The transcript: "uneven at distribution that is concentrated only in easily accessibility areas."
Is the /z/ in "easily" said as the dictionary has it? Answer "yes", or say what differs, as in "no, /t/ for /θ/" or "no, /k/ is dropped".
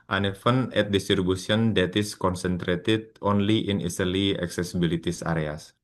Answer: no, /s/ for /z/